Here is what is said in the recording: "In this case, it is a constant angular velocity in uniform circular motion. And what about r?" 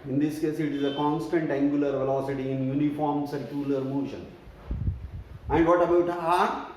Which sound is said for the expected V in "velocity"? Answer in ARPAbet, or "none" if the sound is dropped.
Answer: V